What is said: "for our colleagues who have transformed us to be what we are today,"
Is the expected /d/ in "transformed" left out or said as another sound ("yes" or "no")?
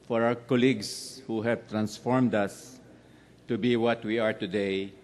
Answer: no